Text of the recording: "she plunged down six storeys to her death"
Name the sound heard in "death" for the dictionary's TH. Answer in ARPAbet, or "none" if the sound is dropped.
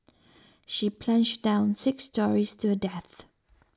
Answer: TH